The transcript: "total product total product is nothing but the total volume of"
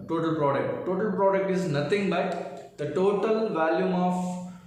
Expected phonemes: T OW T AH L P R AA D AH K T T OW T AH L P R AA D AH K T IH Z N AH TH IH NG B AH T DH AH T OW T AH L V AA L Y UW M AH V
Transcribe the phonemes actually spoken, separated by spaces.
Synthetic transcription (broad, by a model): T OW T AH L P R AA D AH K T T OW T AH L P R AA D AH K T IH Z N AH T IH NG B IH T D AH T OW T AH L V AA L Y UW M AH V